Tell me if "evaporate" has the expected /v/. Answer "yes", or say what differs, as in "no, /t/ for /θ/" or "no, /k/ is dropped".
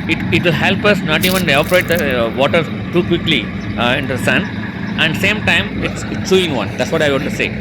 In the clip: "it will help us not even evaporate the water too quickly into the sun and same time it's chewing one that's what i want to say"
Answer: no, /v/ is dropped